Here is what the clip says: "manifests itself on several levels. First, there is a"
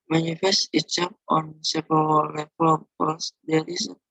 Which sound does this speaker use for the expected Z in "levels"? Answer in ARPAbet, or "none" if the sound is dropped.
none